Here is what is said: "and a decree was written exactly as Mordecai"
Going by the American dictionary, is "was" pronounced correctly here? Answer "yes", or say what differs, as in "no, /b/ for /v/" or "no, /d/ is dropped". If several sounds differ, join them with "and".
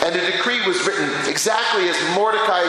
yes